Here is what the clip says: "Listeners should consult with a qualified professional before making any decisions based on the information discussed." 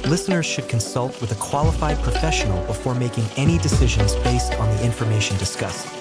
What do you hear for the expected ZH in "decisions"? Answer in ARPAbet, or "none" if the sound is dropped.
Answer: ZH